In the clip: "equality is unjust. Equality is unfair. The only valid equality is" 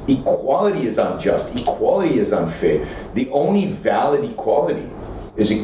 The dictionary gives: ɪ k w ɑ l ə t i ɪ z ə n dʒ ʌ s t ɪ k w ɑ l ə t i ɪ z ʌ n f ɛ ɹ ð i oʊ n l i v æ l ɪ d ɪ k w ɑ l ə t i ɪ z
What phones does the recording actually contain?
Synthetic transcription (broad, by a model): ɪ k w ɑ l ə t i ɪ z ə n dʒ ʌ s t ɪ k w ɑ l ə t i ɪ z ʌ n f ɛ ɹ ð i oʊ n l i v æ l ɪ d ɪ k w ɑ l ə t i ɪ z